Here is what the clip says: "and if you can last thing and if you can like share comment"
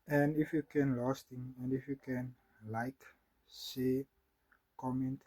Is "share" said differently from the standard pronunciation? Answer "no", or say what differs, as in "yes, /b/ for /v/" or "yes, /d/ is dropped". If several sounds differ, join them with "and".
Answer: yes, /s/ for /ʃ/